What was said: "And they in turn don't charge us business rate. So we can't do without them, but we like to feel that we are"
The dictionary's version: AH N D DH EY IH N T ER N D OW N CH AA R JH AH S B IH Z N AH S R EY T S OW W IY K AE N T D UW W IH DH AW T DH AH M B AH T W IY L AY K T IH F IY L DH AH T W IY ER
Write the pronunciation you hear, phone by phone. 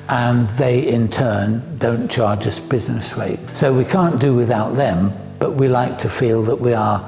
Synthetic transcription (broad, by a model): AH N DH EY IH N T ER N D OW N CH AA R JH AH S B IH Z N AH S R EY T S OW W IY K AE N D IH W IH DH AW T DH AH M B AH T W IY L AY K T IH F IY L DH AH T W IY ER